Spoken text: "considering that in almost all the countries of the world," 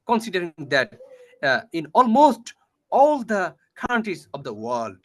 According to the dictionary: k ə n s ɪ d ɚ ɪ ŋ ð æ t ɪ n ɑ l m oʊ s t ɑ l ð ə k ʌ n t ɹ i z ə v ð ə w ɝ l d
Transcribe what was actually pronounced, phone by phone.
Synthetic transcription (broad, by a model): k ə n s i d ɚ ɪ ŋ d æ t ɪ n ɑ l m oʊ s t ɑ l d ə k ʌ n t i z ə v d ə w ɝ l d